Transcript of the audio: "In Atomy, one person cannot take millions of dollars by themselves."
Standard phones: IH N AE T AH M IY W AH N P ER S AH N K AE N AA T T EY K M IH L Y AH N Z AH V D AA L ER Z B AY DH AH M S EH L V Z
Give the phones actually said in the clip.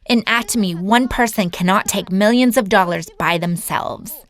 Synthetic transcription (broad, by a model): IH N AE T AH M IY W AH N P ER S AH N K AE N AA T T EY K M IH L Y AH N Z AH V D AA L ER Z B AY DH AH M S EH L V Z